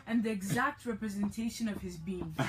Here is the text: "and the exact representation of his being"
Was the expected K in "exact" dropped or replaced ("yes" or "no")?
no